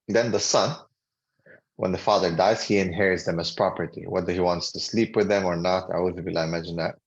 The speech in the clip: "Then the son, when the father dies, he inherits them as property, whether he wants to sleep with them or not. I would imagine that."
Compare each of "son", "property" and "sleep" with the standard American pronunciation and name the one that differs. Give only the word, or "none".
none